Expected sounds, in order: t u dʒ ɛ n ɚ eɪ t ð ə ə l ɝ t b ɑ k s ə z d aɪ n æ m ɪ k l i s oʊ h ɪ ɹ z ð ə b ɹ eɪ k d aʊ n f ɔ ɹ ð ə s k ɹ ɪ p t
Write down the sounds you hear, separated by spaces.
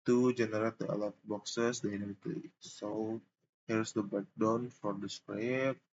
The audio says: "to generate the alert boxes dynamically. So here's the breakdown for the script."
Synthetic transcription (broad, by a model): t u dʒ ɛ n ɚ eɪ t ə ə l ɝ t b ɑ k s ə s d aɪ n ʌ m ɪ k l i s oʊ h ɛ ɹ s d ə b eɪ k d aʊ n f ɔ ɹ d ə s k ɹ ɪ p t